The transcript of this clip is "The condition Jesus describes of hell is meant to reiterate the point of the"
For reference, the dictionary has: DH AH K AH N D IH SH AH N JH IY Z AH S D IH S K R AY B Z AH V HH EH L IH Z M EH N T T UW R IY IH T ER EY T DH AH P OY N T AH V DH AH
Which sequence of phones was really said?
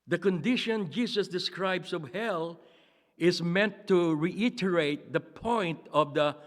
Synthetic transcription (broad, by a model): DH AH K AH N D IH SH AH N JH IY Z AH S D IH S K R AY B S AH V HH EH L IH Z M EH N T T UW R IY IH T ER EY T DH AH P OY N T AH V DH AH